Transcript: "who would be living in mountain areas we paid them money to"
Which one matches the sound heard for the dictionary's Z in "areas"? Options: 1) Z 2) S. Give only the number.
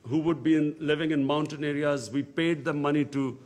1